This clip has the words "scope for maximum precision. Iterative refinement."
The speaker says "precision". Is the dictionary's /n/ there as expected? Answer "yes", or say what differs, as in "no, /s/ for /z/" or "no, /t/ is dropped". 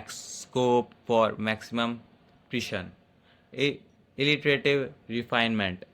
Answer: no, /l/ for /n/